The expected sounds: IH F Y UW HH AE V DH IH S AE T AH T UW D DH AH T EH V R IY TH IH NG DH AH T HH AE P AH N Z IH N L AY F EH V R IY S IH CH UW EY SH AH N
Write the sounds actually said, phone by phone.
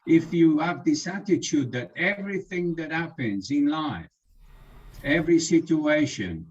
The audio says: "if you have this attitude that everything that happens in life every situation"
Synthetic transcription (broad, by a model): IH F Y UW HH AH V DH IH S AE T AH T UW D DH AH T EH V R IY TH IH NG DH AH T HH AE P AH N Z IH N L AY F EH V R IY S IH CH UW EY SH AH N